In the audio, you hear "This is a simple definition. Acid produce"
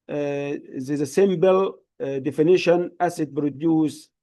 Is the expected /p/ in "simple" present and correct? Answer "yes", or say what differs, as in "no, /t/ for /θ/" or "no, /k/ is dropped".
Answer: no, /b/ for /p/